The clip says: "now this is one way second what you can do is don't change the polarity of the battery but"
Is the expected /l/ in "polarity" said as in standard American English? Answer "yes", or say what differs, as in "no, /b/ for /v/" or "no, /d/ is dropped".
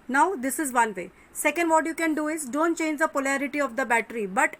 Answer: yes